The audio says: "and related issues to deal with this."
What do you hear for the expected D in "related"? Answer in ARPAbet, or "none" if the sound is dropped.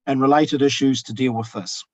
D